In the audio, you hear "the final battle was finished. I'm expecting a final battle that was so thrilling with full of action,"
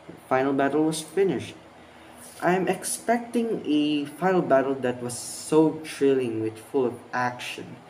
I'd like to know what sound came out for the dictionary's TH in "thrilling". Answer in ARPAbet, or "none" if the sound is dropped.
T